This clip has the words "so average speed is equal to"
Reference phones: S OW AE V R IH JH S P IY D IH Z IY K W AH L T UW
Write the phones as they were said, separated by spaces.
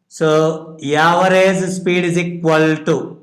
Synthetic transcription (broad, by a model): S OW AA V R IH Z S P IY D IH Z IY K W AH L T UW